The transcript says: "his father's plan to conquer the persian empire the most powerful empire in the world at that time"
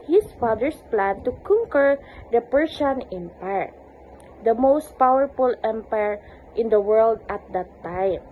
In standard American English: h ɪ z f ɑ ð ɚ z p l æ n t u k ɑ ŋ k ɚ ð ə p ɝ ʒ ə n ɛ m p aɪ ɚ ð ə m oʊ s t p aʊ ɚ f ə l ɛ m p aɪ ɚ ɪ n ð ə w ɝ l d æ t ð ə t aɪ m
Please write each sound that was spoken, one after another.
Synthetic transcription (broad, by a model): h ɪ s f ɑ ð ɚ s p l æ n t u k ɑ ŋ k ɚ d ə p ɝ s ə n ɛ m p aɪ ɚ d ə m oʊ s t p aʊ ɚ f ə l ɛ m p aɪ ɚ ɪ n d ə w ɝ l d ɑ t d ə t aɪ m